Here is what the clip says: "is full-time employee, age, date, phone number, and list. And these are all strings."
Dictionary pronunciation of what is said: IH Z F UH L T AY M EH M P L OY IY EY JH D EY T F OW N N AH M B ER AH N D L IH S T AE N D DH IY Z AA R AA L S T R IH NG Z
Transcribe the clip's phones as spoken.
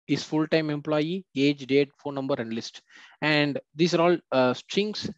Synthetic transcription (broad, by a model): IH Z F UH L T AY M EH M P L OY IY EY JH D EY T F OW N N AH M B ER AH N D L IH S T AE N D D IY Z AA R AA L S T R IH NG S